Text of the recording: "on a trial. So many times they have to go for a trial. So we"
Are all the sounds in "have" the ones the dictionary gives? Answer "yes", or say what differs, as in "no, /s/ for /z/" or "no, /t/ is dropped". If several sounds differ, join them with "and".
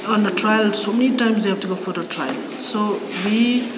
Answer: no, /b/ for /v/